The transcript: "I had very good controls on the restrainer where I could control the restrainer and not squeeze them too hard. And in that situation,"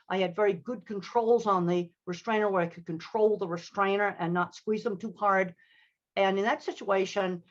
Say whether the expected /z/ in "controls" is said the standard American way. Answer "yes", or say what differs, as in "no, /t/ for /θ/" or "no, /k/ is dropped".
yes